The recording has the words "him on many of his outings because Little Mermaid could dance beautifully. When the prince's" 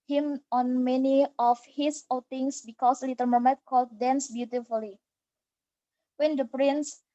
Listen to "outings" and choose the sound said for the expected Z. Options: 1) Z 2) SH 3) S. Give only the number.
3